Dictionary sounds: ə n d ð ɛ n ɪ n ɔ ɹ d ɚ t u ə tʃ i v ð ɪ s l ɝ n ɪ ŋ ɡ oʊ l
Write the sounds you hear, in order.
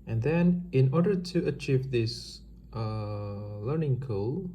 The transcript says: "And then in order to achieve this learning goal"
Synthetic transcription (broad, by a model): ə n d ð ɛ n ɪ n ɔ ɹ d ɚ t u ə tʃ i v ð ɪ s l ɝ n ɪ ŋ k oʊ l